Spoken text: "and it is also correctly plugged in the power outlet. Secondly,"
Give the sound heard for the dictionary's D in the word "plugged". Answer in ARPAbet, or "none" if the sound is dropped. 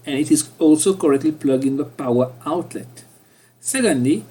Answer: none